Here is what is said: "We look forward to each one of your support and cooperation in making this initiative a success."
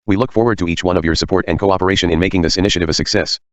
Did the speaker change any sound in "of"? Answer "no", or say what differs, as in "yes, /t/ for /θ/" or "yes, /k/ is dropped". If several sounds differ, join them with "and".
no